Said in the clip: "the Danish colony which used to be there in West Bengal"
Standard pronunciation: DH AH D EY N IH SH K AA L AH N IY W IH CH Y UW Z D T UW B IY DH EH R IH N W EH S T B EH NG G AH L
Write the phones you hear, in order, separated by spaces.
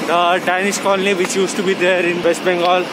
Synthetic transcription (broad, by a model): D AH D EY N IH S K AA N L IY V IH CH Y UW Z T UW B IY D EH R IH N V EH S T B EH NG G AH L